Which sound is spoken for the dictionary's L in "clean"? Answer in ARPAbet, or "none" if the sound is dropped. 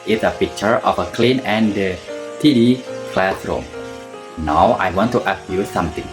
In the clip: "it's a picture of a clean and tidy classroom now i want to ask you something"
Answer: L